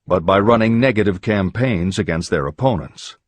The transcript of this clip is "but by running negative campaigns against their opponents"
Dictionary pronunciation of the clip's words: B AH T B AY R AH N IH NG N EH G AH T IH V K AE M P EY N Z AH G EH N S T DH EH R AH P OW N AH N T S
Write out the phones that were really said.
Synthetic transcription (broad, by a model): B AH T B AY R AH N IH NG N EH G AH T IH V K AE M P EY N Z AH G EH N S T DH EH R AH P OW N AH N T S